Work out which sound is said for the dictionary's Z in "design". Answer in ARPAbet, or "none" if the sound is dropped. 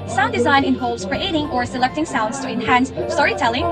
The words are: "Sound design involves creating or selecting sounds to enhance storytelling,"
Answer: Z